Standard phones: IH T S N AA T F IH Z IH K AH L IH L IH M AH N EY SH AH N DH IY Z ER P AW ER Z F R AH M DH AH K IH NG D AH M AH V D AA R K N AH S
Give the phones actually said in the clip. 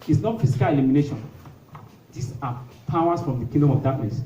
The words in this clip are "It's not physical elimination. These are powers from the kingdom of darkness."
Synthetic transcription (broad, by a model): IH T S N AA T F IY S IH K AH L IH L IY M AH N EY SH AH N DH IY S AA P AW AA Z F R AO M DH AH K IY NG D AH M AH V D AA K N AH S